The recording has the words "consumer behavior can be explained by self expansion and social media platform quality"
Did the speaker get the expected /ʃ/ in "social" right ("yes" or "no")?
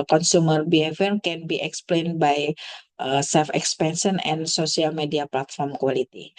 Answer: no